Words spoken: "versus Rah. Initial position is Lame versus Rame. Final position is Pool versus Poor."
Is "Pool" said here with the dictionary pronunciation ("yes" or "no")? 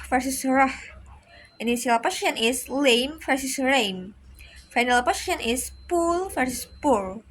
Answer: yes